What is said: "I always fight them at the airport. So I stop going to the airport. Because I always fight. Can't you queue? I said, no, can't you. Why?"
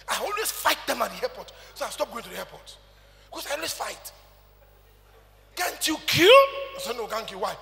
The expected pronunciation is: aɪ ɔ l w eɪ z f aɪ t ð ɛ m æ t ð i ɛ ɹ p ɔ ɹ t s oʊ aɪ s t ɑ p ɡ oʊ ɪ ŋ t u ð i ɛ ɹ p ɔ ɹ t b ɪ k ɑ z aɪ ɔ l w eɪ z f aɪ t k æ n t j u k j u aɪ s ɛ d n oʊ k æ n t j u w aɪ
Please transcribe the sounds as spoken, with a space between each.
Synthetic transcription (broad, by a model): aɪ ɔ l w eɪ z f aɪ t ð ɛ m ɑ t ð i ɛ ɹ p ɔ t s oʊ aɪ s t ɑ p ɡ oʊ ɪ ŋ t u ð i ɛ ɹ p ɔ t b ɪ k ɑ s aɪ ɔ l w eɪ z f aɪ t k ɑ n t j u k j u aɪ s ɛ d n oʊ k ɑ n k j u w aɪ